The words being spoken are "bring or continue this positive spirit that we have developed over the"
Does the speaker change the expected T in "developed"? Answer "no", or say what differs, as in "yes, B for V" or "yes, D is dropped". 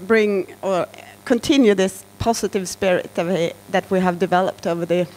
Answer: no